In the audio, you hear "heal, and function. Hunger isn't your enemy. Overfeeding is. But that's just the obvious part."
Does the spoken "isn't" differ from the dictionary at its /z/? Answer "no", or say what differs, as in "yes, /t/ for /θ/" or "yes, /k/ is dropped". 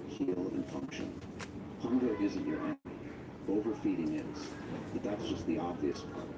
no